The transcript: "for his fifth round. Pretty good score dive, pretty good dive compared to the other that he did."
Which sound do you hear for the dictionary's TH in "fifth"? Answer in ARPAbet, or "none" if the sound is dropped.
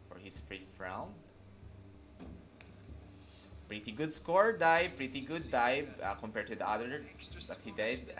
F